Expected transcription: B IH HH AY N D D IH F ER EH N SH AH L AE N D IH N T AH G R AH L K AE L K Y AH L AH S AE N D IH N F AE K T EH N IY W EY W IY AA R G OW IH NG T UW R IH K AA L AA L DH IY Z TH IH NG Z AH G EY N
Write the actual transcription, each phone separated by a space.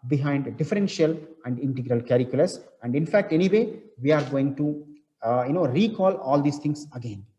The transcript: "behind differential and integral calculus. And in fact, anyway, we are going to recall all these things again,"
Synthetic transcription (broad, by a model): B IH HH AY N D D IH F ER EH N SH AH L AE N D IH N T AH G R AH L K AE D K Y L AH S AE N D IH N F AE K T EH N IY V EY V IY AA R G OW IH NG T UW R IH K AA L AA L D IY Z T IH NG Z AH G EY N